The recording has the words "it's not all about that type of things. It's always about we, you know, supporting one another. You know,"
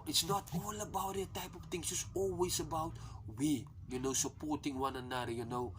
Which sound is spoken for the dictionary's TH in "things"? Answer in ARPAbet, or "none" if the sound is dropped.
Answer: T